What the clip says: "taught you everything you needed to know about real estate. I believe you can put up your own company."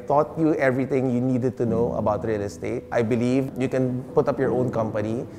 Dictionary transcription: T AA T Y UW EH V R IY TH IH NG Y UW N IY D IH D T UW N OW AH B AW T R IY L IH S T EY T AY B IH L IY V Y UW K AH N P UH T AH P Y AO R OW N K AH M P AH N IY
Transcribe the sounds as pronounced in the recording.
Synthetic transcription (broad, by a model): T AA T Y UW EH V R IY T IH NG Y UW N IY D IH D T UW N OW AH B AW T R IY L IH S T EY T AY B IH L IY V Y UW K AH N P UH T AH P Y AO R OW N K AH M P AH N IY